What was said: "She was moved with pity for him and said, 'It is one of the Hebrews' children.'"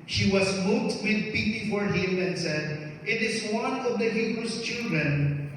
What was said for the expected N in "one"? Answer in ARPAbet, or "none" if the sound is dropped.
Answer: N